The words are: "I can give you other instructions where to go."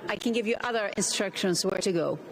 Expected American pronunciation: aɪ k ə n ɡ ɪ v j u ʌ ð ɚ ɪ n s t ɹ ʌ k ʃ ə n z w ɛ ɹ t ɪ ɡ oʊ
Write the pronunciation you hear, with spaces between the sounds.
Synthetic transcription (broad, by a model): aɪ k ə n ɡ ɪ v j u ʌ ð ɚ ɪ n s t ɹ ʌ k ʃ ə n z w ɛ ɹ t ɪ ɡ oʊ